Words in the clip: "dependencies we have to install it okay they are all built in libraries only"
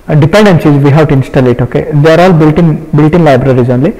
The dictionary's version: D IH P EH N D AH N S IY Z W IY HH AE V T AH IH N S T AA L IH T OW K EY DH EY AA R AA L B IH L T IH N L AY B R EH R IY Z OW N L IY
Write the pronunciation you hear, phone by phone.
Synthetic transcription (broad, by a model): D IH P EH N D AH N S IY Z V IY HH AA W T AH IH N S T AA L IH T OW K EY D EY AA R AA L B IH L T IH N L AY B R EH R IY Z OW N L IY